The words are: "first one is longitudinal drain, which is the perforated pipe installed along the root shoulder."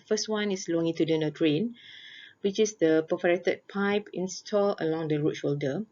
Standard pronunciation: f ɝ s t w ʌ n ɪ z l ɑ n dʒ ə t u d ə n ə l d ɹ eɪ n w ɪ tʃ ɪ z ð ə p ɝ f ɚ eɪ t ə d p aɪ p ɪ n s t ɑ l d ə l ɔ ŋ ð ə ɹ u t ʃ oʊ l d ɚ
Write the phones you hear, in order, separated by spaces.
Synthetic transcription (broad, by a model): f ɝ s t w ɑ n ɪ s l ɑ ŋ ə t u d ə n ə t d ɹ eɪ n w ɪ tʃ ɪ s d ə p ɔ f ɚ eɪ t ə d p aɪ p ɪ n s t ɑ l ə l ɔ ŋ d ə ɹ u t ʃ oʊ l d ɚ